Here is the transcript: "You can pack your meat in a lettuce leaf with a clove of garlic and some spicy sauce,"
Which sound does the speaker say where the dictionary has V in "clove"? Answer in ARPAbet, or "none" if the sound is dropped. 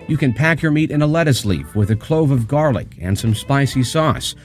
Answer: V